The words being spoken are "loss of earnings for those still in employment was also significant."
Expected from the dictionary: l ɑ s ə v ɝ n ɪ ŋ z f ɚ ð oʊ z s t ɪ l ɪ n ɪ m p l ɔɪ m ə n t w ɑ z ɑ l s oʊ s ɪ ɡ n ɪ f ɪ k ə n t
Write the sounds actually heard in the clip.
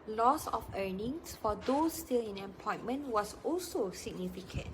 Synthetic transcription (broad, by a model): l ɑ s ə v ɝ n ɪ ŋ s f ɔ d oʊ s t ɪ l ɪ n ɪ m p ɔɪ m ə n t w ɑ s ɑ l s oʊ s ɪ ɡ n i f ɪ k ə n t